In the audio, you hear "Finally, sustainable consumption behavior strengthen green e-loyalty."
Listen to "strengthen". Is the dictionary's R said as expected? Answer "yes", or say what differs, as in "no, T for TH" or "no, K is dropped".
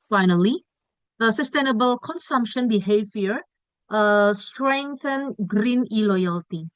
yes